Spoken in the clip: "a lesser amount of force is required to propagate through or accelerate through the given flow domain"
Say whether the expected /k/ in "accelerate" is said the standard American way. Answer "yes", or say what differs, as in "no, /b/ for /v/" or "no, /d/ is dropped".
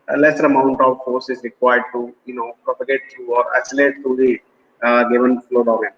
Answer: no, /k/ is dropped